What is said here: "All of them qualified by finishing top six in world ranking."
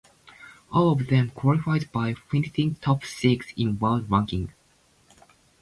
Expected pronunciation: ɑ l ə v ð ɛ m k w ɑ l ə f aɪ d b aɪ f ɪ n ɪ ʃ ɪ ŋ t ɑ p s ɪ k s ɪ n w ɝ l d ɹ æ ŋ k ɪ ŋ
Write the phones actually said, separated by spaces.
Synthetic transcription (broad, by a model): ɑ l ə v ð ɛ m k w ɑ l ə f aɪ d b aɪ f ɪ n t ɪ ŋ t ɑ p s ɪ k s ɪ n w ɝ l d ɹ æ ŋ k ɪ ŋ